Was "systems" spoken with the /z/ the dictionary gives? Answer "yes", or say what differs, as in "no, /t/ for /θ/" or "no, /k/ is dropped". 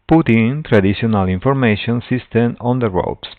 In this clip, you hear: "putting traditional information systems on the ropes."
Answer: no, /z/ is dropped